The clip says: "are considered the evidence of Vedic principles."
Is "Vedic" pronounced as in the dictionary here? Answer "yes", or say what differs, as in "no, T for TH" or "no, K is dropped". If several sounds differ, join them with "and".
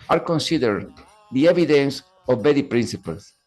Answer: no, B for V